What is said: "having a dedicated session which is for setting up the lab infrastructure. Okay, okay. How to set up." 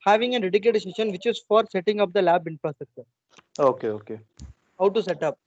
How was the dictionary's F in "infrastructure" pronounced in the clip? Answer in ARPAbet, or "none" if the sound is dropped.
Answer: P